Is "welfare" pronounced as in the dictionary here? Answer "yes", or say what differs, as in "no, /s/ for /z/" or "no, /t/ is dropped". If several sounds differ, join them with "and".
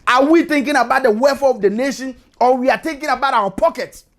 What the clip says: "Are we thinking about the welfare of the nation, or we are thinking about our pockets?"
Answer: no, /l/ is dropped